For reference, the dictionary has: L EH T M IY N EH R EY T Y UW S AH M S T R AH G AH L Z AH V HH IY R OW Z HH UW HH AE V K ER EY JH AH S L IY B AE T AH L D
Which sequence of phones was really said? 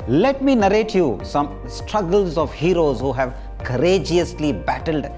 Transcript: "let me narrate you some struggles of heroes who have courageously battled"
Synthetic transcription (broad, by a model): L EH T M IY N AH R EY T Y UW S AH M S T R AH G AH L Z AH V HH IY R OW Z HH UW HH AE V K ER EY JH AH S L IY B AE T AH L D